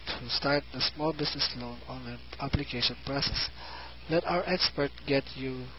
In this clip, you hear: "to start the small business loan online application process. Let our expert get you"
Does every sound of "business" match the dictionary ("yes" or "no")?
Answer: no